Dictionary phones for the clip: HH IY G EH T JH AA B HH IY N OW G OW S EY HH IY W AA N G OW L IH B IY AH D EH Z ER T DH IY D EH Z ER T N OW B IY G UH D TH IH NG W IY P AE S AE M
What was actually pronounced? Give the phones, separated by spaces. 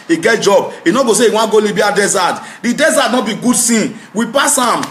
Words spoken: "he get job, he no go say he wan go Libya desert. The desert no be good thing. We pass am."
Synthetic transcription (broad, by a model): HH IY G EH T JH AA B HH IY N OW G OW S EY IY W AA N G OW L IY B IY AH D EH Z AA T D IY D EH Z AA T N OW B IY G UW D S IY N W IY P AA S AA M